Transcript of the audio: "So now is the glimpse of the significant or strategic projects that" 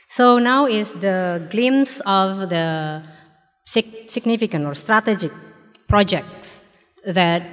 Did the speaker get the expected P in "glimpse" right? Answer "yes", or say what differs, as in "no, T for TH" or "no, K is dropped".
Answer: no, P is dropped